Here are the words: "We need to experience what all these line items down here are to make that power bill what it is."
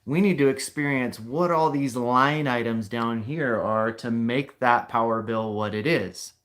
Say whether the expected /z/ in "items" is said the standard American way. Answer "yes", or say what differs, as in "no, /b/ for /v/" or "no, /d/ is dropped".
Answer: yes